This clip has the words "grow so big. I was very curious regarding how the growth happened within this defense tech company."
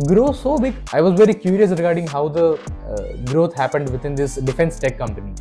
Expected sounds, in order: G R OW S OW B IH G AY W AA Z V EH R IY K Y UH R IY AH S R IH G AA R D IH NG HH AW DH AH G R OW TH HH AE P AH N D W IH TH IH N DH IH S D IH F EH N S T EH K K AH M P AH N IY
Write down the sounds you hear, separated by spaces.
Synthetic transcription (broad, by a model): G R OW S OW B IH G AY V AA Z V EH R IY K Y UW R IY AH S R IH G AA R D IH NG HH AW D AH G R OW T HH AE P AH N D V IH T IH N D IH S D IH F EH N S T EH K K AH M P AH N IY